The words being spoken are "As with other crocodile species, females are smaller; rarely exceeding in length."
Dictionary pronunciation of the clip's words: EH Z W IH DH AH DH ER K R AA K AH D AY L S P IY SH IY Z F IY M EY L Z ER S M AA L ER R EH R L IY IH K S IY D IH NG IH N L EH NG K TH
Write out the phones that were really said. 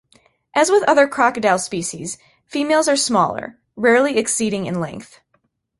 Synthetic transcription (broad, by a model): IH Z W IH DH AH DH ER K R AA K AH D AY L S P IY SH IY Z F IY M EY L Z ER S M AA L ER R EH R L IY IH K S IY D IH NG IH N L EH NG K TH